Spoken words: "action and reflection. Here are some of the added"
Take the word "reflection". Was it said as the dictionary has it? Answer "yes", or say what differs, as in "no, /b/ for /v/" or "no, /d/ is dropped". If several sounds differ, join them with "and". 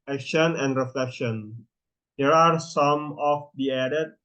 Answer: yes